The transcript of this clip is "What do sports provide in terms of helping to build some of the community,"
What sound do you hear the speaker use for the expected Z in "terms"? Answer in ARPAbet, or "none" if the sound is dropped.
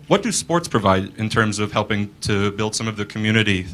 Z